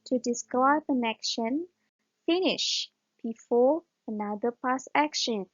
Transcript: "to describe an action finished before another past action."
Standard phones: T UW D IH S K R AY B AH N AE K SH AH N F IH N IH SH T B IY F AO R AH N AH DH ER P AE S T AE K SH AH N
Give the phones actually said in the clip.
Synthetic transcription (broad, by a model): T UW D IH S K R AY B AH N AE K SH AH N F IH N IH SH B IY F AO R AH N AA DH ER P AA S AE K SH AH N